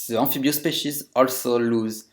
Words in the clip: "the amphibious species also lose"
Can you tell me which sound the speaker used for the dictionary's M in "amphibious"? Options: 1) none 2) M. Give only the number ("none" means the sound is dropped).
1